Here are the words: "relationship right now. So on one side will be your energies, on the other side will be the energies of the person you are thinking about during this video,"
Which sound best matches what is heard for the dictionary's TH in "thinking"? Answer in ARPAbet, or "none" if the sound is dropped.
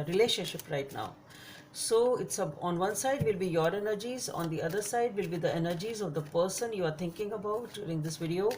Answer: T